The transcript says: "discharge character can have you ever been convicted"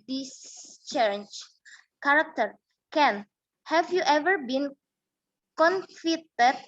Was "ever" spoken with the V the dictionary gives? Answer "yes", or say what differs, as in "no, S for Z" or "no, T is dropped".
yes